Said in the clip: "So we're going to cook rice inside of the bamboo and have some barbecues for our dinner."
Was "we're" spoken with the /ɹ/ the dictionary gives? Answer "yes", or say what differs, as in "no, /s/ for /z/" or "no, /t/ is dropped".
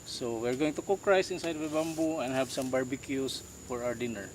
yes